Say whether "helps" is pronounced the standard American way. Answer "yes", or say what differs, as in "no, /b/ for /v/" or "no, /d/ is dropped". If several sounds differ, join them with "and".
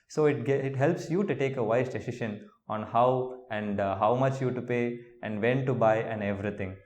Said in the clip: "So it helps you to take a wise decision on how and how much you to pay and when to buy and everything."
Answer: yes